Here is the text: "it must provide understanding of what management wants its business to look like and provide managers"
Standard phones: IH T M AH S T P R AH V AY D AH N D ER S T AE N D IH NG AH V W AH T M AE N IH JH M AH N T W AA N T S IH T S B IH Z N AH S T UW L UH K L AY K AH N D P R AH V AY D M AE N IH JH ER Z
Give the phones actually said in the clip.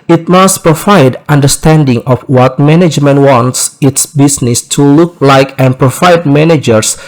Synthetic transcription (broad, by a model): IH T M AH S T P R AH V AY D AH N D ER S T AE N D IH NG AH F W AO T M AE N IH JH M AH N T W AA N T S IH T S B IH S N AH S T UW L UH K L AY K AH N P R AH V AY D M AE N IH JH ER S